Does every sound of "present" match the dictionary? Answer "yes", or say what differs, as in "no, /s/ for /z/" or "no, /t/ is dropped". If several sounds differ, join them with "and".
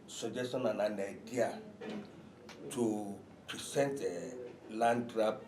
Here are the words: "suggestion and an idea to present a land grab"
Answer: no, /s/ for /z/